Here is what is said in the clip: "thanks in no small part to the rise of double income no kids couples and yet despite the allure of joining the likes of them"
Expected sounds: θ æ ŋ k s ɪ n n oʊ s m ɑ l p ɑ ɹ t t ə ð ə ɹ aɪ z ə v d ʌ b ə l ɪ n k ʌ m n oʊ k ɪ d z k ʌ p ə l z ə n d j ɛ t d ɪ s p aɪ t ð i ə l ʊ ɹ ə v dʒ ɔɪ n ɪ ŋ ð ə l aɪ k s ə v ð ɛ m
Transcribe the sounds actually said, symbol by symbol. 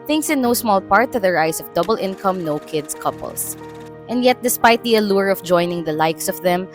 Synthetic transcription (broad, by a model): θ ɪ ŋ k s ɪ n n oʊ s m ɑ l p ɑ ɹ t t ə ð ə ɹ aɪ s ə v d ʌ b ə l ɪ n k ʌ m n oʊ k ɪ d s k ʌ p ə l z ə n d j ɛ t d ɪ s p aɪ t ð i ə l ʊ ɹ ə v dʒ ɔɪ n ɪ ŋ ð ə l aɪ k s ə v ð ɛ m